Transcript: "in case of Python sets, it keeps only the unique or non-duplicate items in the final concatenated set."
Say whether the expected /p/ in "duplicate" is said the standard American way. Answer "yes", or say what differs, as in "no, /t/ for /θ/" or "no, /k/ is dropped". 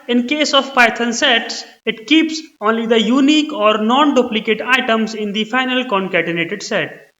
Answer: yes